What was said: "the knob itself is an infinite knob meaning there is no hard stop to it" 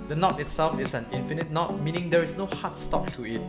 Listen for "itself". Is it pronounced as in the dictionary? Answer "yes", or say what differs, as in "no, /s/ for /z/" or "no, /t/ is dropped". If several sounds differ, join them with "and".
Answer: yes